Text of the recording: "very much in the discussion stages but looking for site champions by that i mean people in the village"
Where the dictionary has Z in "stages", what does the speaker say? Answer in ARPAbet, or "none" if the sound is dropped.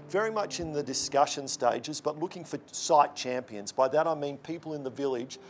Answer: Z